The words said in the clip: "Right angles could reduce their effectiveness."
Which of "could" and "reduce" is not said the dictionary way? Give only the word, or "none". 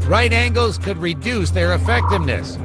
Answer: none